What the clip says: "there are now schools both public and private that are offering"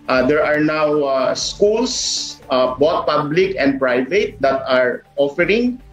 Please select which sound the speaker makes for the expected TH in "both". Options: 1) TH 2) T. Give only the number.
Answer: 2